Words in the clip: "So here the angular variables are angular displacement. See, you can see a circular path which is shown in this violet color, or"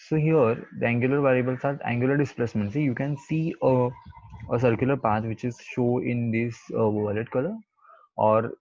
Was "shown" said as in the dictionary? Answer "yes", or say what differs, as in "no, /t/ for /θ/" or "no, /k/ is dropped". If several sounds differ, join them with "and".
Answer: no, /n/ is dropped